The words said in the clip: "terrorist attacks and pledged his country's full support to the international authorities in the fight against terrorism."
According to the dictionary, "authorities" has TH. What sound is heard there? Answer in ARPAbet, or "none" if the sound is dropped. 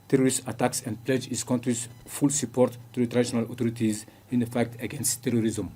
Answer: T